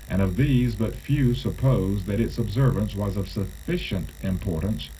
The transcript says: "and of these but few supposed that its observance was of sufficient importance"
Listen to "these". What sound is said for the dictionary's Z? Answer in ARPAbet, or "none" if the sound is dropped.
Z